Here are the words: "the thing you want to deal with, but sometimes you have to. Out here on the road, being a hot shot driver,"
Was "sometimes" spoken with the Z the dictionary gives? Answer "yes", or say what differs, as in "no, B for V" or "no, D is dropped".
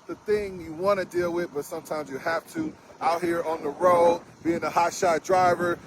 yes